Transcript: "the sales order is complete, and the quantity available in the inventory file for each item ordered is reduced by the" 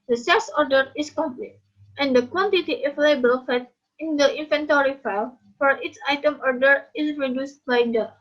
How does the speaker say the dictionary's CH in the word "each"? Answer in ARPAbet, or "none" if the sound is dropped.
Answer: S